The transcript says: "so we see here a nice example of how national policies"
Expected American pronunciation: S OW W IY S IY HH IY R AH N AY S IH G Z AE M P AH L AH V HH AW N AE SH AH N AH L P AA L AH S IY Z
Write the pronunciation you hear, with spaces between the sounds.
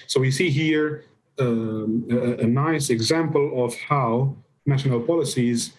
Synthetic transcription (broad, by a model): S OW W IY S IY HH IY R AH N AY S IH G Z AE M P AH L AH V HH AW N AE SH AH N AH L P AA L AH S IY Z